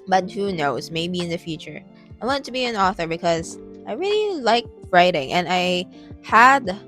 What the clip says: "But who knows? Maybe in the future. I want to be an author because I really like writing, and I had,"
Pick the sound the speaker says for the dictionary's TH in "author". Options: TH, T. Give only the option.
TH